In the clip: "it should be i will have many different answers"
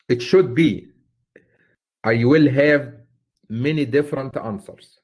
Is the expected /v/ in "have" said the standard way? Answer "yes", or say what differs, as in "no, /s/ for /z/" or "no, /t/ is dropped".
yes